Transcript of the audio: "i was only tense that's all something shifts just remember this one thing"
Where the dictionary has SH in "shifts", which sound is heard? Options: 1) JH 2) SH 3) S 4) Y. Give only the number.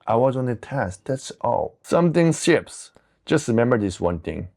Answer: 3